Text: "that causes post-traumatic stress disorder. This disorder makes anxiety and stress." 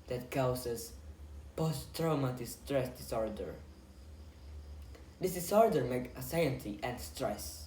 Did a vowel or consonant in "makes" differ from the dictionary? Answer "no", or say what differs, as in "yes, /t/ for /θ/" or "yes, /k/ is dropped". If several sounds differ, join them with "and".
yes, /s/ is dropped